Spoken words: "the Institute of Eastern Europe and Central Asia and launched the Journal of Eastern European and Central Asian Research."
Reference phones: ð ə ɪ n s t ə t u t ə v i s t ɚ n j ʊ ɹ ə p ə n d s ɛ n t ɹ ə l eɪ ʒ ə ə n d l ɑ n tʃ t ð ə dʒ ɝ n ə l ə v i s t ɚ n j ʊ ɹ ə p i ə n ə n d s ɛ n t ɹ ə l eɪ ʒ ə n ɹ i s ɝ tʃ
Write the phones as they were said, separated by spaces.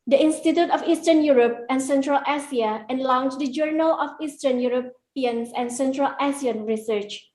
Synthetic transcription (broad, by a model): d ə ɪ n s t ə t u t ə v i s t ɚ n j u ɹ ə p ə n s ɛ n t ɹ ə l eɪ s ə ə n l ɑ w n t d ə dʒ ɝ n ə l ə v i s t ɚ n j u ɹ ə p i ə n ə n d s ɛ n t ɹ ə l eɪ s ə n ɹ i s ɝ tʃ